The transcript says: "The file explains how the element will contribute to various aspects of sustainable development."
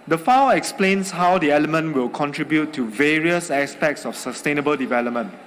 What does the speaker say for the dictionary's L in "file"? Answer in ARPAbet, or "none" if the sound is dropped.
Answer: W